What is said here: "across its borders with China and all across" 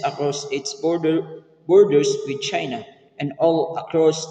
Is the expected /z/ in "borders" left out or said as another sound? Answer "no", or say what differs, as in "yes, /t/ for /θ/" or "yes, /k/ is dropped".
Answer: yes, /s/ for /z/